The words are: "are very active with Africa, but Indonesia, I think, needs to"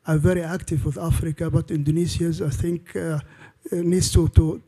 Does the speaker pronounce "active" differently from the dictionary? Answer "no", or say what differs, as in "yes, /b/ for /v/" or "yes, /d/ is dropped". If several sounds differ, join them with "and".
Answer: no